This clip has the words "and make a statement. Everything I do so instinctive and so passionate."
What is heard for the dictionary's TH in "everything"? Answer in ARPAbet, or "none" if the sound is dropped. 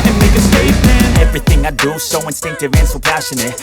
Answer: TH